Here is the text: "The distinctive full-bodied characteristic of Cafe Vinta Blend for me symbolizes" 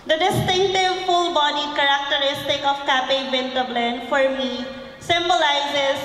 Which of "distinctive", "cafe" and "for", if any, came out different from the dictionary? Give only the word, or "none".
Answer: cafe